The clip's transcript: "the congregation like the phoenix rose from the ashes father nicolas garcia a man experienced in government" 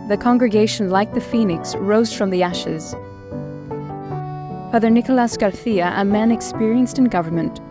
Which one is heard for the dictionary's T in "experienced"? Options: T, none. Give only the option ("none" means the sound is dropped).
T